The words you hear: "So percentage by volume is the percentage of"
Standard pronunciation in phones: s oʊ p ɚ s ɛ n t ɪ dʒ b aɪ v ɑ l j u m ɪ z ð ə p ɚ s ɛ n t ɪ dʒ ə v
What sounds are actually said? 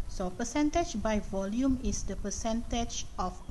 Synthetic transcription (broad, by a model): s oʊ p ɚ s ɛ n t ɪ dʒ b aɪ v ɑ l j u m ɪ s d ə p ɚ s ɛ n t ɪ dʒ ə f